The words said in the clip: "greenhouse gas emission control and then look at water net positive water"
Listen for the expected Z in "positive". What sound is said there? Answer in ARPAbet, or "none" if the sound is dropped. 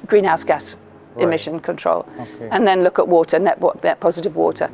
Z